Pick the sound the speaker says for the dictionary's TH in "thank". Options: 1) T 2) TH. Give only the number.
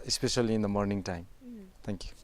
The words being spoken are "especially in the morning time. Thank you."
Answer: 1